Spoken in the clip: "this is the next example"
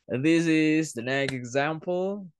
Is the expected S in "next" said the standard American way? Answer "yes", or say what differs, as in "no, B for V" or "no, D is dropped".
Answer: no, S is dropped